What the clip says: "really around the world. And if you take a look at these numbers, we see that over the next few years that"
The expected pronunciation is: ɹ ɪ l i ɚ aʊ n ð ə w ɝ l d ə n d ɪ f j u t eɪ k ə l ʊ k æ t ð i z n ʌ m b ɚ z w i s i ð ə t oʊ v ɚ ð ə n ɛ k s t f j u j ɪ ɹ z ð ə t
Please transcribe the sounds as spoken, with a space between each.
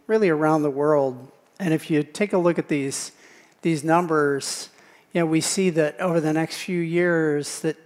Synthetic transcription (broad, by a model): ɹ ɪ l i ɚ aʊ n ð ə w ɝ l d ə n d ɪ f j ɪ t eɪ k ə l ʊ k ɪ t ð i z n ʌ m b ɚ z w i s i ð ə t oʊ v ɚ ð ə n ɛ k s t f j u j ɪ ɹ z ð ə t